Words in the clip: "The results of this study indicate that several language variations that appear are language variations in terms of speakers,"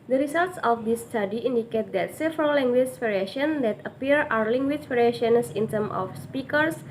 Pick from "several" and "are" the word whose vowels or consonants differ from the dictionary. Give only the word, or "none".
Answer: are